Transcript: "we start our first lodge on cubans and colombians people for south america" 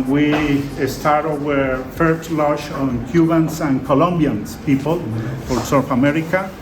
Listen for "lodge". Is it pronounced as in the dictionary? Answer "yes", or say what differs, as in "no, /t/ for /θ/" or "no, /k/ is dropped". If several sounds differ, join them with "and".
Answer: no, /ʃ/ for /dʒ/